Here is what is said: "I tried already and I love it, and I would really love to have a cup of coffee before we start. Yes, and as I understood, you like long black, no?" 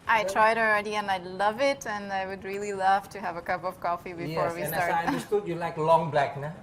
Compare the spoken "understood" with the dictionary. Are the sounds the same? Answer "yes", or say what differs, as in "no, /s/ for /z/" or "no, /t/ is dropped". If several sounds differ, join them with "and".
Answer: no, /s/ is dropped